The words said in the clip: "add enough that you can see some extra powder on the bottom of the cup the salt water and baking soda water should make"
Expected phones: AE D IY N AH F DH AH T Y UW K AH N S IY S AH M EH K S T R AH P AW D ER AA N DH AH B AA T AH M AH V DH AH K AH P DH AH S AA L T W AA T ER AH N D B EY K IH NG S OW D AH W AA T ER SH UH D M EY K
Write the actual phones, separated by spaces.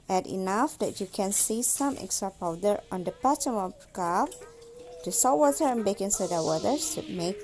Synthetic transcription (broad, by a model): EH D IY N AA F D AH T Y UW K AH N S IY S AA M EH K S T R AH P AW D ER AA N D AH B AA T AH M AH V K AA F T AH S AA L W AA T ER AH N B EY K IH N S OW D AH W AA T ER S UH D M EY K